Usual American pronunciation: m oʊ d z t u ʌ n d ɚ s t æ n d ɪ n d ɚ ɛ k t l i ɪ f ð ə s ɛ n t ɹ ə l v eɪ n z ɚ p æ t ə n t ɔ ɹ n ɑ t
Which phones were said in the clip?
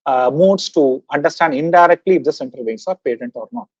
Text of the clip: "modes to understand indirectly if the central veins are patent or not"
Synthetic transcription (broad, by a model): m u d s t u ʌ n d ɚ s t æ n d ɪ n d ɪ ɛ k t l i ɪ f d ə s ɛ n t ə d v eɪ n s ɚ p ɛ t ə n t ɔ ɹ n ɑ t